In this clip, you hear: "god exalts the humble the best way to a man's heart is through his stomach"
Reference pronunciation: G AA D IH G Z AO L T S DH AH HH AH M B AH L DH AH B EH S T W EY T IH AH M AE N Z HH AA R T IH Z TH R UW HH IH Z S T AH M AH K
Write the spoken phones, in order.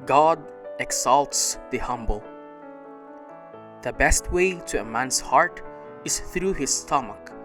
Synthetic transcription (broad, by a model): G AA D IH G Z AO L T S DH AH HH AH M B AH L DH AH B EH S T W EY T IH AH M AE N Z HH AA R T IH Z TH R UW HH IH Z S T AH M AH K